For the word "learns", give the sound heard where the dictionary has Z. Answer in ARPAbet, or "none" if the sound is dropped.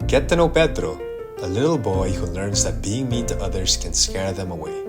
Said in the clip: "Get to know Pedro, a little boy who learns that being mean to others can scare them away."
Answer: Z